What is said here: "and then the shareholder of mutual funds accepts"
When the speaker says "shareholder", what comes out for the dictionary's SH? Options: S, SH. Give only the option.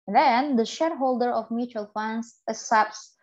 SH